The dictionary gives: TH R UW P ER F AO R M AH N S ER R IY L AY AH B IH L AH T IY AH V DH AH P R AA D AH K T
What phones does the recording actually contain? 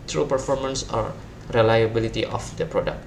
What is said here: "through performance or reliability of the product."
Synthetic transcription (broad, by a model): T R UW P ER F AO R M AH N S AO R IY L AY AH B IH L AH T IY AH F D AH P R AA D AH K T